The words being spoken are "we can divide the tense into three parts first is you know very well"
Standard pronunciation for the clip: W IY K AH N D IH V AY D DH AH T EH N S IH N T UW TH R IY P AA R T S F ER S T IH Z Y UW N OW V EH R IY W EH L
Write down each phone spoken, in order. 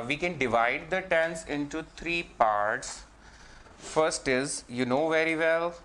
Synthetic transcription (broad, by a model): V IY K AH N D IH V AY D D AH T EH N S IH N T UW T R IY P AA R T S F ER S T IH Z Y UW N OW V EH R IY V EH L